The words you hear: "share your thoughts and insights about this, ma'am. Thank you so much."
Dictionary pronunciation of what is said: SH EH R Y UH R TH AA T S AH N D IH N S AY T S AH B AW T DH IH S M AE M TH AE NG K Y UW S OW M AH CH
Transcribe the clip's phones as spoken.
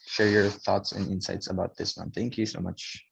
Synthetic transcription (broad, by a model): SH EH R Y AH R TH AA T S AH N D IH N S AY T S AH B AW T DH IH S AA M TH AE NG K Y UW S OW M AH CH